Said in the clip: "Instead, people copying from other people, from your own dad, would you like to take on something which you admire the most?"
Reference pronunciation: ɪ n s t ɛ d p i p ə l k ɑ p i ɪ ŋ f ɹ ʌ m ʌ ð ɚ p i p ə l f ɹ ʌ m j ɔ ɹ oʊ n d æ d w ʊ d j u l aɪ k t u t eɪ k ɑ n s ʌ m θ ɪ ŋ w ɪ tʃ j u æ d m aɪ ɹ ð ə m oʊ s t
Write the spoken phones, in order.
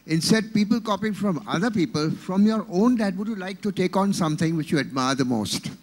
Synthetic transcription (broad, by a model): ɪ n s t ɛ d p i p ə l k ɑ p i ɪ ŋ f ɹ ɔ m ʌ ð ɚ p i p ə l f ɹ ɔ m j ɔ ɹ oʊ n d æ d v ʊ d j u l aɪ k t u t eɪ k ɑ n s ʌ m t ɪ ŋ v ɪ tʃ j u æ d m aɪ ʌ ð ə m oʊ s t